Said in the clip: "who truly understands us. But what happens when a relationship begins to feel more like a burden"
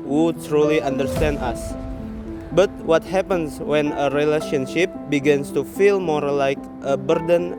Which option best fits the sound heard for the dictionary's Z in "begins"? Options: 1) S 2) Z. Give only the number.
1